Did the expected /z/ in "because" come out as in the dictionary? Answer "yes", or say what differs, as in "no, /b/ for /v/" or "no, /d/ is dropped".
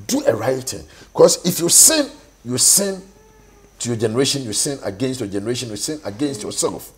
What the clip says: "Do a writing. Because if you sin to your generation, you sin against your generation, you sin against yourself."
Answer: no, /s/ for /z/